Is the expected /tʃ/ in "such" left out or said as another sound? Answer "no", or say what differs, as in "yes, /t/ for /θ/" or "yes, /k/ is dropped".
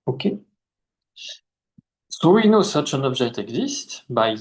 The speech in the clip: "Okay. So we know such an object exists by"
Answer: no